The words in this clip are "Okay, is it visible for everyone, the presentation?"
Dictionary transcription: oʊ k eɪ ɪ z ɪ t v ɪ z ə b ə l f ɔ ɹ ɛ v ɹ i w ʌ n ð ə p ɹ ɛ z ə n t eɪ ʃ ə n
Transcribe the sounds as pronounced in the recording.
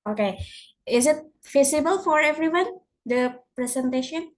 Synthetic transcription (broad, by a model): oʊ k eɪ ɪ z ɪ t f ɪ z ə b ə l f ɔ ɹ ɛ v ɹ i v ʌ n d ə p ɹ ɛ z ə n t eɪ ʃ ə n